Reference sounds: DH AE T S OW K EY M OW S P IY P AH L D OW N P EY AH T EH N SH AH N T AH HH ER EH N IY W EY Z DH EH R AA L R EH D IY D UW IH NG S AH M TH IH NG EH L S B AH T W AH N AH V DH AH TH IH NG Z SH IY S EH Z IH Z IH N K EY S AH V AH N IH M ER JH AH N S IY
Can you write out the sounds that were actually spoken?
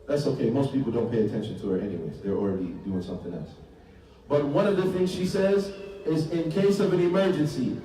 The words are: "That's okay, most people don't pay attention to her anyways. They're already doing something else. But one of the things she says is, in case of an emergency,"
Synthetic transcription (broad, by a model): DH AE T S OW K EY M OW S P IY P L D OW N P EY AH T EH N SH AH N T AH ER EH N IY W EY Z DH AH R L R EH D IY D UW IH NG S AH M TH IH NG EH L S B AH T W AH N AH V DH AH TH IH NG Z SH IY S EH Z IH Z IH N K EY S AH V AH N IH M ER JH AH N S IY